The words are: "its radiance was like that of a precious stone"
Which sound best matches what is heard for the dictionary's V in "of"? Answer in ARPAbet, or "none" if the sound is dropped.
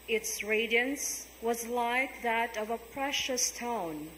V